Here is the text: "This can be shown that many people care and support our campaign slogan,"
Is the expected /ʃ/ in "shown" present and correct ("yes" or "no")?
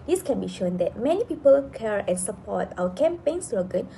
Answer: yes